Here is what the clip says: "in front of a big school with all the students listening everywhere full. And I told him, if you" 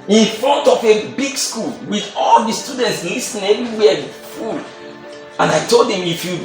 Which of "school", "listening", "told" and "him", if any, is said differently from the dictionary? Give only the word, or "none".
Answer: listening